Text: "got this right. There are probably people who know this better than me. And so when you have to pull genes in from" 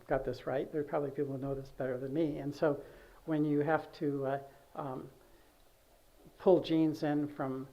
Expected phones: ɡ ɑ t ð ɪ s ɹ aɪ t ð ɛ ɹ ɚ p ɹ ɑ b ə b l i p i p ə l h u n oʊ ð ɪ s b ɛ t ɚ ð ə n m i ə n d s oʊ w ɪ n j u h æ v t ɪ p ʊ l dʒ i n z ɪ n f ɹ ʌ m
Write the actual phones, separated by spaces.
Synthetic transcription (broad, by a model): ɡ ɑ t ð ɪ s ɹ aɪ t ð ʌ ɹ p ɹ ɑ b ə b l i p i p l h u n oʊ ð ɪ s b ɛ t ɚ ð ə n m i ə n s oʊ w ɪ n j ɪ h æ f t ɪ p ʊ l dʒ i n z ɪ n f ɹ ʌ m